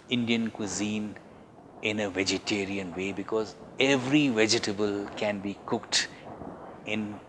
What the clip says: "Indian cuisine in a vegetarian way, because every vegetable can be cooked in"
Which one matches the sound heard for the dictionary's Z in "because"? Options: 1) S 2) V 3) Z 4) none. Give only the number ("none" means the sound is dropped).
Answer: 3